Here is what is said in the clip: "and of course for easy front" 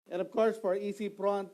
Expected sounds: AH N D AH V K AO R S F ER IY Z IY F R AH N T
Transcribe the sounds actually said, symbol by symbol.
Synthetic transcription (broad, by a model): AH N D AH V K AO R S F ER IY S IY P R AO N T